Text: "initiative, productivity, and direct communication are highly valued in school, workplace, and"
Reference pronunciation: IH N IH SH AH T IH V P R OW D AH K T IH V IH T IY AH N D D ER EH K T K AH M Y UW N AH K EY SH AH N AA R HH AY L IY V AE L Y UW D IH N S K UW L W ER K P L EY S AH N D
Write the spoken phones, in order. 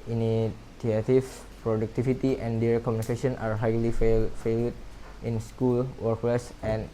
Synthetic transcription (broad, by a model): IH N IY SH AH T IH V P R OW D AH K T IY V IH T IY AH N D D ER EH T K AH M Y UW N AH K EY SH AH N AA R HH AY L IY F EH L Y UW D IH N S K UW L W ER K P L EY S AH N